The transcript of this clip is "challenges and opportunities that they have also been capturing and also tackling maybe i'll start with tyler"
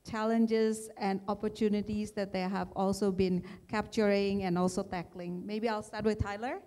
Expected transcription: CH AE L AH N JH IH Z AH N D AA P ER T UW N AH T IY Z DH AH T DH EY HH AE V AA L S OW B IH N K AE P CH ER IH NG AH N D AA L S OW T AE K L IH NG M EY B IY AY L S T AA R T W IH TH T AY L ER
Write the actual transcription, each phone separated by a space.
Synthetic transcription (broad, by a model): CH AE L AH N JH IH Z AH N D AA P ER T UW N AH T IY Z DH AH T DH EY HH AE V AA L S OW B IH N K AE P CH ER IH NG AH N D AA L S OW T AE K L IH NG M EY B IY AY L S T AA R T W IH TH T AY L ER